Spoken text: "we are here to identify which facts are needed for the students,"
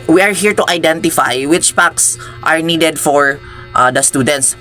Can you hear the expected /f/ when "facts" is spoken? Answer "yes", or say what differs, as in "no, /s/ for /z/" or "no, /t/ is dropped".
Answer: no, /p/ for /f/